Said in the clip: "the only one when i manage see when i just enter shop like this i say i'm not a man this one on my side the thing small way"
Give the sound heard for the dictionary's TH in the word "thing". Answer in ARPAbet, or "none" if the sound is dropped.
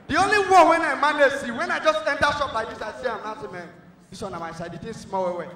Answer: T